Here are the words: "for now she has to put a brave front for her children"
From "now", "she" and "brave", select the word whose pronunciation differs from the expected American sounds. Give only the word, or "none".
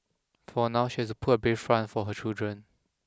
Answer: brave